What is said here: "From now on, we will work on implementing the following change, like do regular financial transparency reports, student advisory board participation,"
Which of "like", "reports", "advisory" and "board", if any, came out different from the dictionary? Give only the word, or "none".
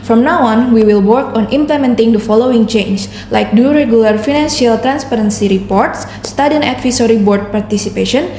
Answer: advisory